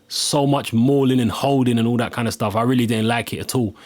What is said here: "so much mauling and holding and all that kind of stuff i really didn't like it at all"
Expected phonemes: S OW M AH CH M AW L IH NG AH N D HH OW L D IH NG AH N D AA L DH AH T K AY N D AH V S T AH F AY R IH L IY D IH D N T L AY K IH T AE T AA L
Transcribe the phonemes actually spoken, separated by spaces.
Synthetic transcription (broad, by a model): S OW M AH CH M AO L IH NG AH N HH OW L D IH NG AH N AA L DH AH T K AY N D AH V S T AH F AY R IH L IY D IH D N T L AY K IH T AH T AA L